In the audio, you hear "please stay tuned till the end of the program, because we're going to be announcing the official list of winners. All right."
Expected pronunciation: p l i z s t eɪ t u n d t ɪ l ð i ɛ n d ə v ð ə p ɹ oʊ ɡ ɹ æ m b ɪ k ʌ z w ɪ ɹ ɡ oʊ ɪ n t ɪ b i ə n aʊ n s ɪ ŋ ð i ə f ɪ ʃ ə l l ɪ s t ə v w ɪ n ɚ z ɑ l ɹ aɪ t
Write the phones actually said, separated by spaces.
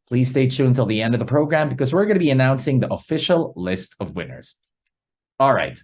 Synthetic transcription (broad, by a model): p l i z s t eɪ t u n t ɪ l ð i ɛ n d ə v ð ə p ɹ oʊ ɡ ɹ æ m b ɪ k ʌ z w ɪ ɹ ɡ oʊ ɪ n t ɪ b i ə n aʊ n s ɪ ŋ ð i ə f ɪ ʃ l l ɪ s t ə v w ɪ n ɚ z ɑ l ɹ aɪ t